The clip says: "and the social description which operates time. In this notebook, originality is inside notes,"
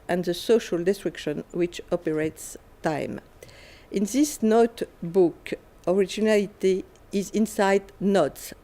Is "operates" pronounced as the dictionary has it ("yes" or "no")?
yes